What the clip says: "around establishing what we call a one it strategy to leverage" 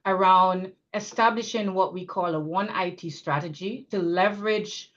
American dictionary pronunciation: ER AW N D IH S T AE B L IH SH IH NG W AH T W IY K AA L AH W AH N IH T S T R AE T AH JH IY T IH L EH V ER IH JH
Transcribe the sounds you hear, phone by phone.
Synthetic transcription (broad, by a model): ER AW N D IH S T AE B L IH SH IH NG W AH T W IY K AA L AH W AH N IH T S T R AE T AH JH IY T IH L EH V ER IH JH